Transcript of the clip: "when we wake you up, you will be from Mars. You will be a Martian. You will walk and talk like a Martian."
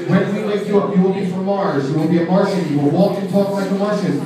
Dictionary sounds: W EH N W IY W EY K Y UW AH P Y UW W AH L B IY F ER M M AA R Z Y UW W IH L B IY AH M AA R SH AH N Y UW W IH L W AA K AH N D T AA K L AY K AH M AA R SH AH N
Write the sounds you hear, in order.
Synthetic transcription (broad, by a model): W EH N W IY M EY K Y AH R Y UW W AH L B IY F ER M M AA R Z Y UW W IH L B IY AH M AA R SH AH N Y UW W IH L W AA K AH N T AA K N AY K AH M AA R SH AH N